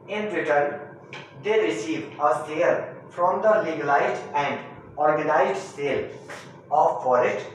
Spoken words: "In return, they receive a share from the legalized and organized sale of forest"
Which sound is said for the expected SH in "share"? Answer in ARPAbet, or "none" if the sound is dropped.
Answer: S